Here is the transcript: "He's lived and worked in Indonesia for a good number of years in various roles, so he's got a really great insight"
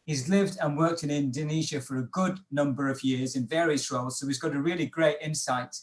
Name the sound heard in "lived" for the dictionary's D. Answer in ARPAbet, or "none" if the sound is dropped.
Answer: D